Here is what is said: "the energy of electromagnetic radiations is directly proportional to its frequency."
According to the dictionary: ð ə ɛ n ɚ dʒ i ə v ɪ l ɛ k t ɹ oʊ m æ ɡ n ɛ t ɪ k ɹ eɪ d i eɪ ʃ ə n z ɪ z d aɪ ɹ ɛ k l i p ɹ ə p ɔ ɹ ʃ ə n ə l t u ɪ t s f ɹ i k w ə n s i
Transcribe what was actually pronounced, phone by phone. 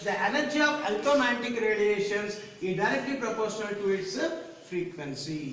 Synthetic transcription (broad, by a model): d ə ɛ n ɚ dʒ i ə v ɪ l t oʊ m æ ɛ t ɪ k ɹ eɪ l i eɪ ʃ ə n s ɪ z d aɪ ɹ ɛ k l i p ɹ ə p ɔ ɹ ʃ ə n ə l t u ɪ t s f ɹ i k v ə n s i